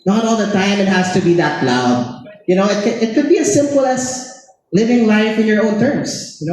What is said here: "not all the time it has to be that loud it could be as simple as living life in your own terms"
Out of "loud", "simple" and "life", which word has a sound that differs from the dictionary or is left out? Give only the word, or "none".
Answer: loud